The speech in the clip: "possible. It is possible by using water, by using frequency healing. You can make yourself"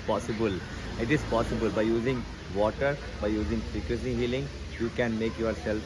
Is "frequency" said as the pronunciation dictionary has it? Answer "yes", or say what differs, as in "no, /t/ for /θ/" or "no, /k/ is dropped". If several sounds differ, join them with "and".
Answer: no, /n/ is dropped